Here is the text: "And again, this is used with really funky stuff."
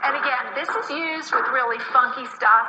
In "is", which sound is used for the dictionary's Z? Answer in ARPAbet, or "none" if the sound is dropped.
Z